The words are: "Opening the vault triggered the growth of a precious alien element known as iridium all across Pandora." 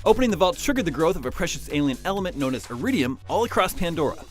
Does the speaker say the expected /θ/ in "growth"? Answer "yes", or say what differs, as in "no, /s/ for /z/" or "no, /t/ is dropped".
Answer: yes